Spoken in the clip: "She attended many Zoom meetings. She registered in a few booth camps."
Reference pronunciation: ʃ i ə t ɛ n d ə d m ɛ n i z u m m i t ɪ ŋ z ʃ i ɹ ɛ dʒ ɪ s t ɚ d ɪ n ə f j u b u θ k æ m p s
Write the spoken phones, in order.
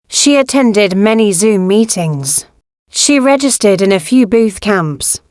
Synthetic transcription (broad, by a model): ʃ i ə t ɛ n d ə d m ɛ n i z u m m i t ɪ ŋ z ʃ i ɹ ɛ dʒ ɪ s t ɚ d ɪ n ə f j u b u θ k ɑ m p s